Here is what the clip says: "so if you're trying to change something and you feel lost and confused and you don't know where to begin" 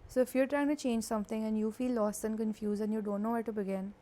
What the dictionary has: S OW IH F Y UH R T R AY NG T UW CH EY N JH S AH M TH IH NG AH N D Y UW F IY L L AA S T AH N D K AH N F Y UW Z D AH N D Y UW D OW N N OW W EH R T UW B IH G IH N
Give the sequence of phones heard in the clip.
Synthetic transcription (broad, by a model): S OW IH F Y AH R T R AY NG T UW CH EY N JH S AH M T IH NG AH N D Y UW F IY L L AA S T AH N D K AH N F Y UW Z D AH N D Y UW D OW N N OW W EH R T UW B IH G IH N